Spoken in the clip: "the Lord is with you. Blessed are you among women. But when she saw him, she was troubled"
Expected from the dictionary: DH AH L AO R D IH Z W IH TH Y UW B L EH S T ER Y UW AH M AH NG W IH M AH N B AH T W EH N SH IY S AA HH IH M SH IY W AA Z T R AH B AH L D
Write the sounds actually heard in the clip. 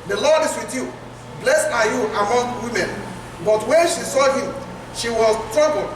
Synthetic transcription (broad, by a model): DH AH L AO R D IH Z W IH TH Y UW B L EH S AA Y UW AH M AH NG W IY M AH N B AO T W EH N SH IY S AA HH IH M SH IY W AA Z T R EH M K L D